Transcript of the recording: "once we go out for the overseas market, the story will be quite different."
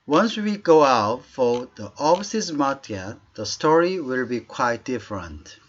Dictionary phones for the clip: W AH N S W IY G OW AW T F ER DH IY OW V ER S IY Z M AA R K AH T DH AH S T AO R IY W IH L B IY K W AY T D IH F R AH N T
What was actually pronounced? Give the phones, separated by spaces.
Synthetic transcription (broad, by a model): W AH N S W IY G OW AW T F ER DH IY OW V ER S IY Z M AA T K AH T DH AH S T AO R IY W IH L B IY K W AY T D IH F R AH N T